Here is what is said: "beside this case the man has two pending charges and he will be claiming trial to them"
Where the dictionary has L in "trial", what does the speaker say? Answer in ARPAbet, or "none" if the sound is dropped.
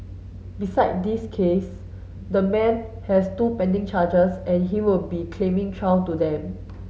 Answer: W